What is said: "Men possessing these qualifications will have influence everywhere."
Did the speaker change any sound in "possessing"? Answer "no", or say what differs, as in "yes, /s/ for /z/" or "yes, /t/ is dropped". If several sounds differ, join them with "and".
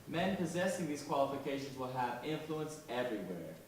no